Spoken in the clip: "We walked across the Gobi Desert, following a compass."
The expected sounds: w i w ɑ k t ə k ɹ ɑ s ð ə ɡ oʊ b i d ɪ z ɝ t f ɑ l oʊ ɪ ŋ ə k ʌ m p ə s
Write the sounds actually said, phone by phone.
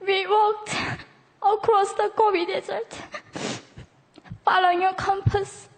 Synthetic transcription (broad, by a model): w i w ɑ k t ə k ɹ ɑ s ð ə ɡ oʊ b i d ɪ z ɝ t f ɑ l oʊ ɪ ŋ ə k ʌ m p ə s